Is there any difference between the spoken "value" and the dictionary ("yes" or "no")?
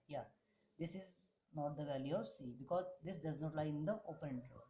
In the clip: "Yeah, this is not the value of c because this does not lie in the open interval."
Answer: no